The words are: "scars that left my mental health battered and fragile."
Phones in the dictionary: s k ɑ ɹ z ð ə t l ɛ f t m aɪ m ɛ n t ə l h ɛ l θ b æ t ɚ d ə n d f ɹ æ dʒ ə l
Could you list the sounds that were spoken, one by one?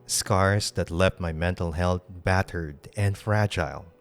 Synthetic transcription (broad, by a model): s k ɑ ɹ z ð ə t l ɛ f t m aɪ m ɛ n t ə l h ɛ l t b æ t ɚ d ə n d f ɹ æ dʒ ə l